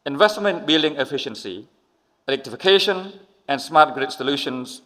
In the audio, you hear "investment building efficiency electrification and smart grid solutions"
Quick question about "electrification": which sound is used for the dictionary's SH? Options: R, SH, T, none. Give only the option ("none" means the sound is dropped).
SH